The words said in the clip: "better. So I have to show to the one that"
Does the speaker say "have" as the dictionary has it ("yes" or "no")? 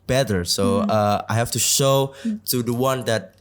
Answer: no